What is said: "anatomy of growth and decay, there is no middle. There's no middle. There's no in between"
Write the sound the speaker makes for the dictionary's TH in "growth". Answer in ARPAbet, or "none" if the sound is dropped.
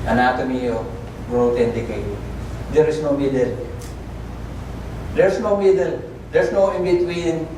T